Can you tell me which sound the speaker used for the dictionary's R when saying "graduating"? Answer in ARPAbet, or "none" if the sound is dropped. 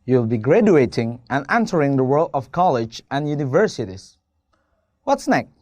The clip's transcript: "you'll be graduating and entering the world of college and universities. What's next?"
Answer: R